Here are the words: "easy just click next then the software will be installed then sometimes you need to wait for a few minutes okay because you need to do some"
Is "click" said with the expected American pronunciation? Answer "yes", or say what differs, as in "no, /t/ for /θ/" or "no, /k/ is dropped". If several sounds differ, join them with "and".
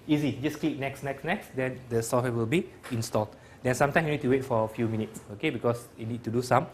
no, /n/ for /l/